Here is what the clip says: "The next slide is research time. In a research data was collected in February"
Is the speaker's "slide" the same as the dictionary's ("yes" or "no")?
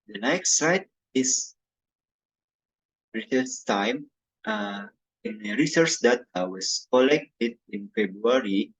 no